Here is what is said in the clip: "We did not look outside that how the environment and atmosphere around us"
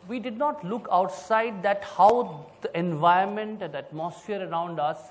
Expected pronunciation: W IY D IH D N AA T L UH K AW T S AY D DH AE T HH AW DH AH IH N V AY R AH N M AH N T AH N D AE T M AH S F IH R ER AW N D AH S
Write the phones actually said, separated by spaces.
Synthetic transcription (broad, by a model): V IY D IH D N AA T L UH K AW T S AY D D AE T HH AW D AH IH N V AY AH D M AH N T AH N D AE T M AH S F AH R ER AW N D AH S